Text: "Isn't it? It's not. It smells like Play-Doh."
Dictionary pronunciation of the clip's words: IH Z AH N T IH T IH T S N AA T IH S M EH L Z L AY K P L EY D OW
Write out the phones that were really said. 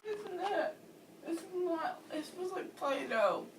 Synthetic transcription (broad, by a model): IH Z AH N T IH T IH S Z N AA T IH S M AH Z L AY K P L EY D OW